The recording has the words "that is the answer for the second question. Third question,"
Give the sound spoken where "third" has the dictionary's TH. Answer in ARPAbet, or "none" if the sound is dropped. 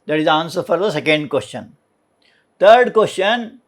T